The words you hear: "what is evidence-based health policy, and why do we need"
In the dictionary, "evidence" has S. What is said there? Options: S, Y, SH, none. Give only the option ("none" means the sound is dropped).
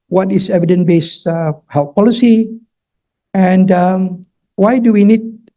none